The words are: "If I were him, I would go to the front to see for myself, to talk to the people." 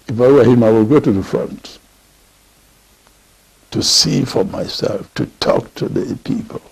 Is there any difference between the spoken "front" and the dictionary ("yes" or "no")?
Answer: no